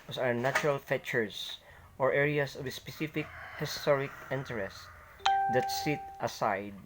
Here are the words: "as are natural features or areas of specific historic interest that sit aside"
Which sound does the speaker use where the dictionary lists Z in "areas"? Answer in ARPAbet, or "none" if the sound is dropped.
S